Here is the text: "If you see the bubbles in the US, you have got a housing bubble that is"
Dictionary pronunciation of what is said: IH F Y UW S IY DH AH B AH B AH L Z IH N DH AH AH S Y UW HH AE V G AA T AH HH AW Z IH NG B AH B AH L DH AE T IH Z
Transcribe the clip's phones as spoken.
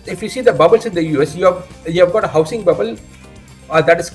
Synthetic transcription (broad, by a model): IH F Y UW S IY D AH B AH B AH L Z IH N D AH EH S Y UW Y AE V G AA T AH HH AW S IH NG B AH B AH L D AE T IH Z